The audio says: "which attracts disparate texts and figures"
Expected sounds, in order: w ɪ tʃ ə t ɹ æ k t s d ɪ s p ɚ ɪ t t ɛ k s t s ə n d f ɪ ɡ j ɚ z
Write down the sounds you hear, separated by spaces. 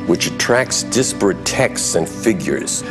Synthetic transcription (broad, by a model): w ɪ tʃ ə t ɹ æ k t s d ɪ s p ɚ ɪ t t ɛ k s t s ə n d f ɪ ɡ j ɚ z